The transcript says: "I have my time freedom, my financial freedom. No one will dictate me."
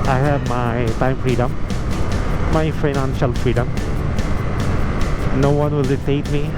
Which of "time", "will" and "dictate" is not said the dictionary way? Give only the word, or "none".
dictate